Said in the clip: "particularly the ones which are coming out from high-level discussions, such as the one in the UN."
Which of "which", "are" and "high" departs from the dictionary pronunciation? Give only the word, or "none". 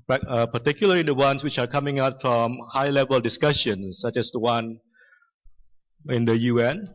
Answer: none